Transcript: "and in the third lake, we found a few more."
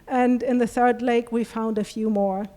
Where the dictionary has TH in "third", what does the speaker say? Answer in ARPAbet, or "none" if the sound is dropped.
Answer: TH